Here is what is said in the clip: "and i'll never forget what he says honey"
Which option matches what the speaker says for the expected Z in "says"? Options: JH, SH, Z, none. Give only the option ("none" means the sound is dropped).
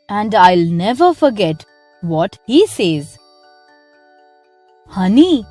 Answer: Z